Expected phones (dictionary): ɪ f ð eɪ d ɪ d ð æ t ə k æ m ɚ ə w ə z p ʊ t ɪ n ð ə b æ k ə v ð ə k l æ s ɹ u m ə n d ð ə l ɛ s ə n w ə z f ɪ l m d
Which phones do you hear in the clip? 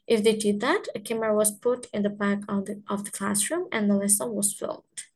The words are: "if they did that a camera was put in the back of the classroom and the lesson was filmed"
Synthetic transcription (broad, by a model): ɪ f ð eɪ d ɪ d ð æ t ə k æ m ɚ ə w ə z p ʊ t ɪ n ð ə b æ k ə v ð ə k l æ s ɹ u m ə n ð ə l ɛ s ə n w ə z f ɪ l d